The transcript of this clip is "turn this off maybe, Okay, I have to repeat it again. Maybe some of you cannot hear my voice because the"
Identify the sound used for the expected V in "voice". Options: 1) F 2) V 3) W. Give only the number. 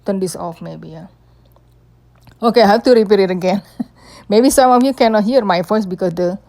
1